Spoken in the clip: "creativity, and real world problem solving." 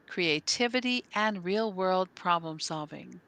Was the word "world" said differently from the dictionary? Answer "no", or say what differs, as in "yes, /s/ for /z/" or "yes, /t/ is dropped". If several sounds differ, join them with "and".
no